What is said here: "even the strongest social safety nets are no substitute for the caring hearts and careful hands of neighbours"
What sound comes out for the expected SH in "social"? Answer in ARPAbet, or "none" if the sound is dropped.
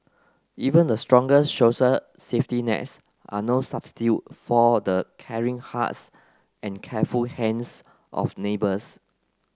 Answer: S